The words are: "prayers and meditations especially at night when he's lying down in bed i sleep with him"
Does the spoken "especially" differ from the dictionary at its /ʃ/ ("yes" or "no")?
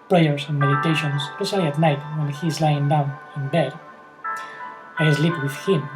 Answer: yes